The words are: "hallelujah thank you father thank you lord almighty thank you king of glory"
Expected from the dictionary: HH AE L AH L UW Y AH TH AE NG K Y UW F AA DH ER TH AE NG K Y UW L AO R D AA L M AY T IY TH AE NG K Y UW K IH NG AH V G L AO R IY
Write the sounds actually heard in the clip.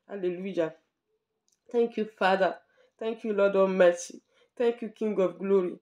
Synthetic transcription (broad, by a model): HH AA L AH L UW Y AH T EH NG K Y UW F AA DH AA T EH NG K Y UW L AO D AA M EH S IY T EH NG K Y UW K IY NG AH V G L AO R IY